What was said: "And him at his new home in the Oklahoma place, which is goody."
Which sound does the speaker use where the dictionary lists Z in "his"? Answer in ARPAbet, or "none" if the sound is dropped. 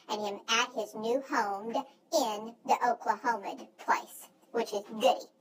Z